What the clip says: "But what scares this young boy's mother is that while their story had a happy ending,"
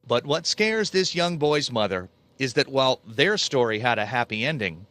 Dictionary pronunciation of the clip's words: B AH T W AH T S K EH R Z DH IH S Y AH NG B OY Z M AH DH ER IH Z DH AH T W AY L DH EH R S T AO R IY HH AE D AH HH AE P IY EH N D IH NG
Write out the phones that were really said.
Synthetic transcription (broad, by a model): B AH T W AH T S K EH R Z DH IH S Y AH NG B OY Z M AH DH ER IH Z DH AH T W AY L DH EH R S T AO R IY HH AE D AH HH AE P IY EH N D IH NG